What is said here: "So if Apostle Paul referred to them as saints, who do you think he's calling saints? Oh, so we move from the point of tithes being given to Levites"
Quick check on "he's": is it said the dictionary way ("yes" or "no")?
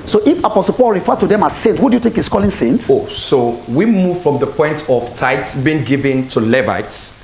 no